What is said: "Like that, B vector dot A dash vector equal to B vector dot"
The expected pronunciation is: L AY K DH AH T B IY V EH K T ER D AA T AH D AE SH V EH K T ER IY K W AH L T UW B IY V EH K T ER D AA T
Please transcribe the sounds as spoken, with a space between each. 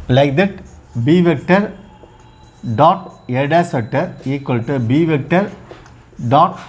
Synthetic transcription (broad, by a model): L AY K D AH T B IY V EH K T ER D AA T AH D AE S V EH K T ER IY K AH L T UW B IY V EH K T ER D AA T